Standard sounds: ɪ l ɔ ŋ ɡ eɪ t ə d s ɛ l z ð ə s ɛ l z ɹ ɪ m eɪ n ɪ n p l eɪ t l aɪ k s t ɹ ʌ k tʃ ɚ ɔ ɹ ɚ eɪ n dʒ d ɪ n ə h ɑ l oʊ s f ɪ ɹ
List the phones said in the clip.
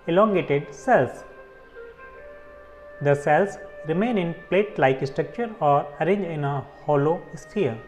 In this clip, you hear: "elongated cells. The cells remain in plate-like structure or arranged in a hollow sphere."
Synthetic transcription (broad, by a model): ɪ l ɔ ŋ ɡ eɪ t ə d s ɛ l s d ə s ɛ l s ɹ ɪ m eɪ n ɪ n p l eɪ t l aɪ k s t ɹ ʌ k tʃ ɚ ɔ ɹ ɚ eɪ n dʒ ɪ n ə h ɑ l oʊ s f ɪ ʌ